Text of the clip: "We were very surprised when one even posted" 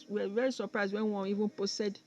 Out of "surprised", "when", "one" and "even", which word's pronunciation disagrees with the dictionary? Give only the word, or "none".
one